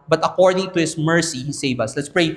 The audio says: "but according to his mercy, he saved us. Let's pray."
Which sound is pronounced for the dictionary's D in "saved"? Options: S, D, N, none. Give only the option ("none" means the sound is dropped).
none